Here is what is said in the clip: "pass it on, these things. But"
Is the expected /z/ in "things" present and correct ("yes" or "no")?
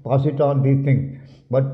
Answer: no